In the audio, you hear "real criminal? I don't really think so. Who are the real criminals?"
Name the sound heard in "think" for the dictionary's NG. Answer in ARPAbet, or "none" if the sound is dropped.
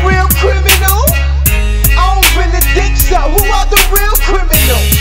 none